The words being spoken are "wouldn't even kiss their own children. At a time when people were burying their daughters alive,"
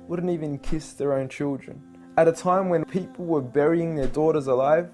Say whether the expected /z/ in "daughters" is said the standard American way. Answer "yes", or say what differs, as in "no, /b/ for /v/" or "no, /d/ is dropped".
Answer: yes